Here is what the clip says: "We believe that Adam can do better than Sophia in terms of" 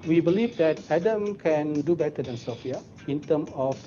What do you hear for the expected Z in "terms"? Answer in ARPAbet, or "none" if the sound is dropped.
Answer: none